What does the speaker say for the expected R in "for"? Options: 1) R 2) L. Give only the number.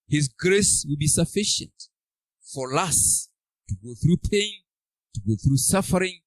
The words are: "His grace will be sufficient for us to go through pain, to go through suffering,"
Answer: 2